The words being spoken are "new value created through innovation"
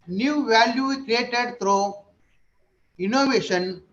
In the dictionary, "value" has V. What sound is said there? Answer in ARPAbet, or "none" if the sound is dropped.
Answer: V